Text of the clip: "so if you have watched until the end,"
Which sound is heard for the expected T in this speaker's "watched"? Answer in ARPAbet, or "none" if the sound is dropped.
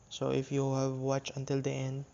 none